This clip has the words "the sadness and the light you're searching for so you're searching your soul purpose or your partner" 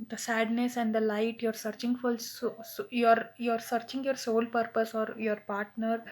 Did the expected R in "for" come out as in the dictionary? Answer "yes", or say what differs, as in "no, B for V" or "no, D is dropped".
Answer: no, L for R